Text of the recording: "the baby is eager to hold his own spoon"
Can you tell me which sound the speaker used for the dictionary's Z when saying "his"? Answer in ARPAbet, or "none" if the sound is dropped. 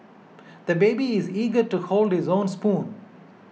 Z